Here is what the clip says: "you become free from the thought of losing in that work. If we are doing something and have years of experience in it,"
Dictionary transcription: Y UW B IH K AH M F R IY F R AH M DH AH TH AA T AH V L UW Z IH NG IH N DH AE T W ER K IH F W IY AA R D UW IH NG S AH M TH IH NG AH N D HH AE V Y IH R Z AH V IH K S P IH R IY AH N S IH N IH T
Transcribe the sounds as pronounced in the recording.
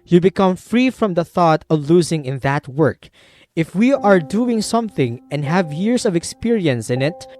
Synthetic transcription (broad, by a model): Y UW B IH K AH M F R IY F R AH M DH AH TH AA T AH V L UW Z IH NG IH N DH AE T W ER K IH F W IY AA R D UW IH NG S AH M TH IH NG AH N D HH AE V Y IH R S AH V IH K S P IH R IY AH N S IH N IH T